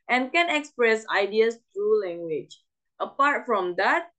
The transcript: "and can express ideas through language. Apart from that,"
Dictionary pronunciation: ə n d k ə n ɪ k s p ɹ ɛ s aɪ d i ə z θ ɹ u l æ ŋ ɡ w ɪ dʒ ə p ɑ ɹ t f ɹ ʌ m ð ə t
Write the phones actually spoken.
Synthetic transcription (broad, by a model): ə n k ə n ɪ k s p ɹ ɛ s aɪ d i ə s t ɹ u l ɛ ŋ ɡ w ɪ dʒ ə p ɑ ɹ t f ɹ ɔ m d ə t